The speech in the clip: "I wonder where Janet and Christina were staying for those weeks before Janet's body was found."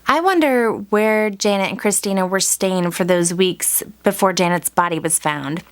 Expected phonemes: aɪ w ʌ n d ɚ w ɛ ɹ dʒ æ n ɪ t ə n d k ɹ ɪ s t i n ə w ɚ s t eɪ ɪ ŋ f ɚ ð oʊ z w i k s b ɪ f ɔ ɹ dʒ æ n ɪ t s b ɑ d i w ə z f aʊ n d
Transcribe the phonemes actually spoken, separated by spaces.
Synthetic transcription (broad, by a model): aɪ w ʌ n d ɚ w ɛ ɹ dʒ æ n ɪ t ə n k ɹ ɪ s t i n ə w ɚ s t eɪ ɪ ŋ f ɚ ð oʊ z w i k s b ɪ f ɔ ɹ dʒ æ n ɪ t s b ɑ d i w ə z f aʊ n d